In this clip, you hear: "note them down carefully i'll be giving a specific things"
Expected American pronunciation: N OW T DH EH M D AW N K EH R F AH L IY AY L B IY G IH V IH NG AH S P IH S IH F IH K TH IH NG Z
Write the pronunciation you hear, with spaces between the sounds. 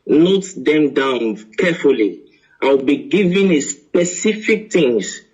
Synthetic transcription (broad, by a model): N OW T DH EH M D AW N K EH F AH L IY AY W B IY G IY V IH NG AH S P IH S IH F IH K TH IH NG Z